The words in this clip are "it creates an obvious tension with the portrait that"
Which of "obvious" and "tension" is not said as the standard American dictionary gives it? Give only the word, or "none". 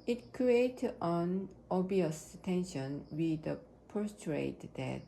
obvious